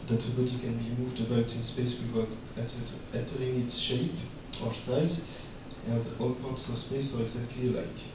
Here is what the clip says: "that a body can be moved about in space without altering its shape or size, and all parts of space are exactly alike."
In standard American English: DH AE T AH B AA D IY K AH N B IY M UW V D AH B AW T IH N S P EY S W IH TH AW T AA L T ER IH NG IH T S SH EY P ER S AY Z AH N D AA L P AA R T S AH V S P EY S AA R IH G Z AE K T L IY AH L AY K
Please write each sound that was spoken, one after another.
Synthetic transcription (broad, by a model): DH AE T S B AA D IY K AH N B IY M UW V D AH B AW T IH N S P EY S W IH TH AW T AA N T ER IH NG IH T S SH EY P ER S AY Z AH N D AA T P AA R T S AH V S P EY S AA R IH G Z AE K T L IY L AY K